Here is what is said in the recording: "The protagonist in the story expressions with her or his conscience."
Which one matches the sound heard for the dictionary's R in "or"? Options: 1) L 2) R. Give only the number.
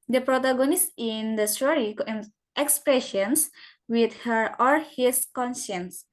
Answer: 1